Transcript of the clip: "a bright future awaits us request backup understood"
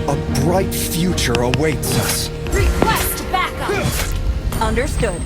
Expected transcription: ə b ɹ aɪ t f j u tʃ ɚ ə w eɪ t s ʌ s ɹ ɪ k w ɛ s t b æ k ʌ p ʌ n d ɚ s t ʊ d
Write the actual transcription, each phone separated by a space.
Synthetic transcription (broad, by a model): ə b ɹ aɪ t f j u tʃ ɚ ə w eɪ t s ʌ s ɹ ɪ k w ɛ s t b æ k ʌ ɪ ʌ n d ɚ s t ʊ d